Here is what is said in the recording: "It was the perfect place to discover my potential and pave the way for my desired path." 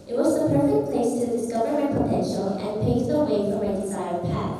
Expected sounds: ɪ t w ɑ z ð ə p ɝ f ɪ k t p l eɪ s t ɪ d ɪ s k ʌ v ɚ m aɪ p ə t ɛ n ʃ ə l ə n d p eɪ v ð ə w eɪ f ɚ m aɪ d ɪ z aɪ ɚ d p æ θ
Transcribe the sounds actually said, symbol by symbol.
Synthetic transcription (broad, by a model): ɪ t w ɑ z ð ə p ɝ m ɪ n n p l eɪ s t ɪ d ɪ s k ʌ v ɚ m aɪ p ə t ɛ n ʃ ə l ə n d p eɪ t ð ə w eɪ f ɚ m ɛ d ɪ s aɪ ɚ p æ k